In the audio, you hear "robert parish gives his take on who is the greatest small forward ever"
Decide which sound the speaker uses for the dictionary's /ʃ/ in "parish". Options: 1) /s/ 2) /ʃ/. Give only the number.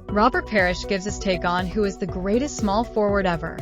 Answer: 2